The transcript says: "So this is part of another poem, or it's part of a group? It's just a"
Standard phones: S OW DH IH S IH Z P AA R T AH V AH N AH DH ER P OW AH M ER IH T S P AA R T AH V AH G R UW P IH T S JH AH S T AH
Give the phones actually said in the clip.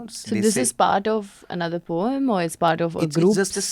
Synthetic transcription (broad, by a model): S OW DH IH S IH Z P AA R T AH V AH N AH DH ER P OW AH M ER IH T S P AA R T AH V AH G R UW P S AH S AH